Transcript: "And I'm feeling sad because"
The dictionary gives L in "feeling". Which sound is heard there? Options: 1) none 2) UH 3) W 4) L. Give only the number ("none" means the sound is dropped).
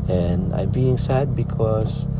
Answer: 1